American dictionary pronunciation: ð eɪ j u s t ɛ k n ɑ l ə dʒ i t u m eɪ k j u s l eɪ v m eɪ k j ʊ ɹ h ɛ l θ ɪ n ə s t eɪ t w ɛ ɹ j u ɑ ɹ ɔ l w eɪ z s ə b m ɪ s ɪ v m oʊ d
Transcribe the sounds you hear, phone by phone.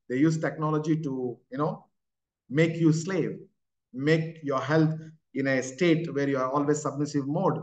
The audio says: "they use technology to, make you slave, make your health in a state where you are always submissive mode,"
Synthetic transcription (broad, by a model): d eɪ j u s t ɛ k n ɑ l ə dʒ i t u m eɪ k j u s l eɪ v m eɪ k j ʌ ɹ h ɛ l t ɪ n ə s t eɪ t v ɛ ɹ j u ɑ ɹ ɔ l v eɪ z s ə b m ɪ s ɪ v m oʊ d